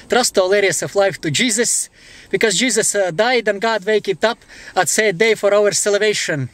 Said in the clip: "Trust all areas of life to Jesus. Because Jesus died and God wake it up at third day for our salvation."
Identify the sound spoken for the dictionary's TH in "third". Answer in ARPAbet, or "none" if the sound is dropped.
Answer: S